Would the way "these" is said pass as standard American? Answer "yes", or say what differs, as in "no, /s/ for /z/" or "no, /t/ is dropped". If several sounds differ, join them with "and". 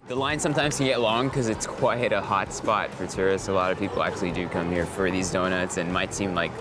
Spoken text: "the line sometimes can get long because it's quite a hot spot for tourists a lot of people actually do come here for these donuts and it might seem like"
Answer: yes